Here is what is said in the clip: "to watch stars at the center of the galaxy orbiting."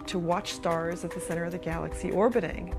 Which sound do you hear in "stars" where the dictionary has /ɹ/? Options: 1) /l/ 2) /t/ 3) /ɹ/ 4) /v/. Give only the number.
3